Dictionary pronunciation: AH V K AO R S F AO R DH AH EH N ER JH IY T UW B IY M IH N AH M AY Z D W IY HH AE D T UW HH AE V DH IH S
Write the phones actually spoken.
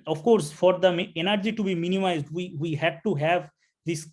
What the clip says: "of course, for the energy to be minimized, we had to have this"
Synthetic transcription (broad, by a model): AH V K AO R S F AO R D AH EH N ER JH IY T UW B IY M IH N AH M AY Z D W IY HH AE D T UW HH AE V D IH S